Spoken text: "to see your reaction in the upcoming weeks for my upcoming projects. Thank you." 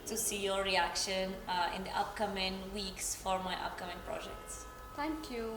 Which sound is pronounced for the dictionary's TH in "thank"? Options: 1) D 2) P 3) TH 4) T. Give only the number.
4